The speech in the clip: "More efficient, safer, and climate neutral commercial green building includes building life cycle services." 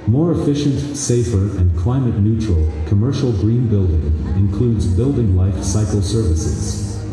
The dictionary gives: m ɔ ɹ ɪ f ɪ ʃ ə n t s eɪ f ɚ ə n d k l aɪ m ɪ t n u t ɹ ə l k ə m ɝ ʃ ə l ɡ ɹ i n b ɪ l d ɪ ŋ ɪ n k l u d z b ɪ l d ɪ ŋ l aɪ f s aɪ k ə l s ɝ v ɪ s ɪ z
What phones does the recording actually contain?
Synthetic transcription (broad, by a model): m ɔ ɹ ɪ f ɪ ʃ ə n t s eɪ f ɚ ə n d k l aɪ m ɪ t n u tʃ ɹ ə l k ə m ɝ ʃ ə l ɡ ɹ i n b ɪ l d ɪ ŋ ɪ n k l u d z b ɪ l d ɪ ŋ l aɪ f s aɪ k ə l s ɝ v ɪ s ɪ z